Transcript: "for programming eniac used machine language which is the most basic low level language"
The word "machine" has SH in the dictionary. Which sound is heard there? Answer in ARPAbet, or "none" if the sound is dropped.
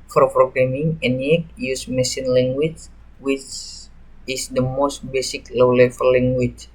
S